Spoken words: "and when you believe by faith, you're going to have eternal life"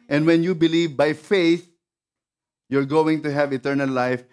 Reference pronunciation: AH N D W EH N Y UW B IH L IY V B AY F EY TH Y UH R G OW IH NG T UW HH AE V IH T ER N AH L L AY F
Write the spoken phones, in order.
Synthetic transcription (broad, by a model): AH N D W EH N Y UW B IH L IY V B AY F EY TH Y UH R G OW IH NG T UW HH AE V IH T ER N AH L L AY F